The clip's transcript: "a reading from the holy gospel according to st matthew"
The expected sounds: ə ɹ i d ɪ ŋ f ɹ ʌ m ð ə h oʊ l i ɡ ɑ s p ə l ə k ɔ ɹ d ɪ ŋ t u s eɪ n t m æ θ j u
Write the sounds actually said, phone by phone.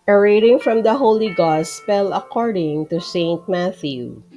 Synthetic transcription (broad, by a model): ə ɹ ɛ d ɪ ŋ f ɹ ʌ m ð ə h oʊ l i ɡ ɑ s p ə l ə k ɔ ɹ d ɪ ŋ t u s eɪ n t m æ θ j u